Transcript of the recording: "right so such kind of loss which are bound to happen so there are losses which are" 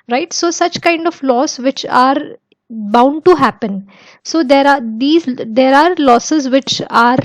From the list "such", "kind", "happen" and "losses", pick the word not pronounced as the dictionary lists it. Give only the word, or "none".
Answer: none